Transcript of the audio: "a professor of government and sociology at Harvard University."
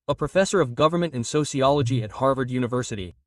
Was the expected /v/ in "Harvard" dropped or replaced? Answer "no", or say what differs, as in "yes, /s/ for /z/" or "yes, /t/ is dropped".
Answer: no